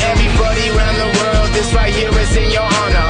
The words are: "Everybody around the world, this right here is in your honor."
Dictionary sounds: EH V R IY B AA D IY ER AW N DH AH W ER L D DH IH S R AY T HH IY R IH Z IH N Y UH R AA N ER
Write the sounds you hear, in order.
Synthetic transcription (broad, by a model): EH V R IY B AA D IY ER AW N DH AH W ER L D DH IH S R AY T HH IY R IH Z IH N Y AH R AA N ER